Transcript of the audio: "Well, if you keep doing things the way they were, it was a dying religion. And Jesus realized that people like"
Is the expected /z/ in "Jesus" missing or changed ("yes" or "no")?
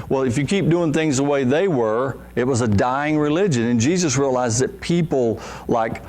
no